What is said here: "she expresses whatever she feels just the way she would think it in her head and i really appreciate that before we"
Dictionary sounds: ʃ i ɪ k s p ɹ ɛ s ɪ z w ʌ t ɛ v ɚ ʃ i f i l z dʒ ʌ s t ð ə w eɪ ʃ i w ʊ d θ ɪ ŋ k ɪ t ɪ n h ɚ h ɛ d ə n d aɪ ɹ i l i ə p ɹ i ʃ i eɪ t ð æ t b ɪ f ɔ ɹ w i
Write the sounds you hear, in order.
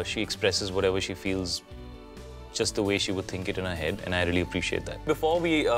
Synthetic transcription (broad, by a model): ʃ i ɪ k s p ɹ ɛ s ɪ z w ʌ t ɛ v ɚ ʃ i f i l z dʒ ʌ s t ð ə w eɪ ʃ i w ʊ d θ ɪ ŋ k ɪ t ɪ n h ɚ h ɛ d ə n aɪ ɹ i l i ə p ɹ i ʃ i eɪ t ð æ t b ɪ f ɔ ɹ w i